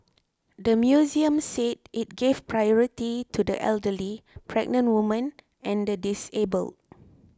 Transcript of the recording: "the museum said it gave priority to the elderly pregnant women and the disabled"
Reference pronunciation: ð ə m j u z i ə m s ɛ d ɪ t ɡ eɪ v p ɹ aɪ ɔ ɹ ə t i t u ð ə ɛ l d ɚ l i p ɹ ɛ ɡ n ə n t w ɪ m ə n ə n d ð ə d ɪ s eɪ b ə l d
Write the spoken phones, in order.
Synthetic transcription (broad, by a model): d ə m j u z i ə m s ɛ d ɪ t ɡ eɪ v p ɹ aɪ ɔ ɹ ə t i t u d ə ɛ l d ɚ l i p ɹ ɛ ɡ n ə n t w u m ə n ə n d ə d ɪ s eɪ b ə l d